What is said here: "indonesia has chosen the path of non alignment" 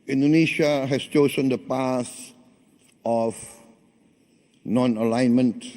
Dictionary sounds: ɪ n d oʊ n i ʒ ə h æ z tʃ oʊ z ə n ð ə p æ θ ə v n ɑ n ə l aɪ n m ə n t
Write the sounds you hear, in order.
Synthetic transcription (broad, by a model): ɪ n d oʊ n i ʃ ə h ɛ s tʃ oʊ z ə n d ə p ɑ s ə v n ɑ n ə l aɪ n m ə n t